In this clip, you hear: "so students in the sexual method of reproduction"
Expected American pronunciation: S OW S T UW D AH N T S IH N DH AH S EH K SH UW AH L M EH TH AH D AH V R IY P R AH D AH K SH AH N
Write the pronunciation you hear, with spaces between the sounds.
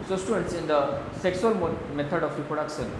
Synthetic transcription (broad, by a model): S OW S T UW D AH N T S IH N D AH S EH K S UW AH L M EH T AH D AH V R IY P R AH D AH K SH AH N